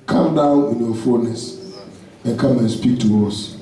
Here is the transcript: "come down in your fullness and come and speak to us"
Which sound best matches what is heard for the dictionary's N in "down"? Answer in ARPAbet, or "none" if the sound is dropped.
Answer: N